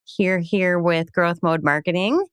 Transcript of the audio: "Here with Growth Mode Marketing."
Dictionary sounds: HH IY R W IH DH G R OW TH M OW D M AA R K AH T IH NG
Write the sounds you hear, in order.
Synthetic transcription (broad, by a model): HH IY R W IH DH G R OW TH M OW D M AA R K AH T IH NG